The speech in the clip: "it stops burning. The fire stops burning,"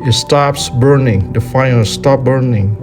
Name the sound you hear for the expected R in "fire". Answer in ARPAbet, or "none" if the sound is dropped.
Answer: L